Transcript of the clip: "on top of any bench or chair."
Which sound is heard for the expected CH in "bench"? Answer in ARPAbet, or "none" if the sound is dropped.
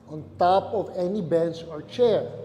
S